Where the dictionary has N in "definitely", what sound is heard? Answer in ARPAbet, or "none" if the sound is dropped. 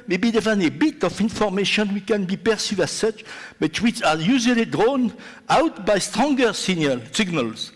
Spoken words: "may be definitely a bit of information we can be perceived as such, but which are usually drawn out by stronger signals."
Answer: none